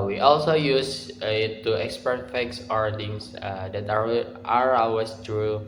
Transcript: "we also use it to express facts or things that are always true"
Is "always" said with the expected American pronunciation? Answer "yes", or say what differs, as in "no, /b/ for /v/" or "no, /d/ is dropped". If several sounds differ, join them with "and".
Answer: no, /l/ is dropped and /s/ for /z/